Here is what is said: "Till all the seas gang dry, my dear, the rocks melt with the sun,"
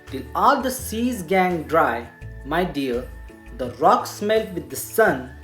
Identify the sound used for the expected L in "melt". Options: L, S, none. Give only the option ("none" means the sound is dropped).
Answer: L